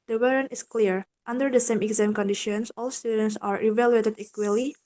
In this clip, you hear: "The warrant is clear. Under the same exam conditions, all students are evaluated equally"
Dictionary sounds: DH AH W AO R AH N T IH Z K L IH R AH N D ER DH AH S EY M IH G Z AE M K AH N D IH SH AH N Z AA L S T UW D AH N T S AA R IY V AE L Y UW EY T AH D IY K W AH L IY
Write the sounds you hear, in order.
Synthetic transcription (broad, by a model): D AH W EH R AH N IH S K L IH R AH N D ER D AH S EY M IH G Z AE M K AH N D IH SH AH N S AA L S T UW D AH N T S AA R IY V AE L Y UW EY T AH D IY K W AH L IY